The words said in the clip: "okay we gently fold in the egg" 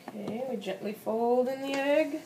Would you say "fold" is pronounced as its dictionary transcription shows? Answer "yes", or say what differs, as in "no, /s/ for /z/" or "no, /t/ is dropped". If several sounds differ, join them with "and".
yes